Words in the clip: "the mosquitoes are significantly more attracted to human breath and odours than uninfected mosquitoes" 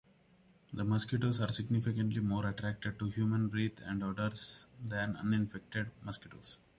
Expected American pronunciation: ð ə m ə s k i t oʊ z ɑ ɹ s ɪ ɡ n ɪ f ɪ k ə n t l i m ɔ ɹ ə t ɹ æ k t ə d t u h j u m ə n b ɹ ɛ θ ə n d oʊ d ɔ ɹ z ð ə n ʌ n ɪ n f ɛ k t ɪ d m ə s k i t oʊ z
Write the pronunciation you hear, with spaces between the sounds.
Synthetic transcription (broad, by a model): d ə m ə s k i t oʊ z ɑ ɹ s ɪ ɡ n ɪ f ɪ k ə n t l i m ɔ ɹ ə t ɹ æ k t ə d t u h j u m ə n ɹ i t ə n d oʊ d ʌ ɹ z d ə n ʌ n ɪ n f ɛ k t ɪ d m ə s k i t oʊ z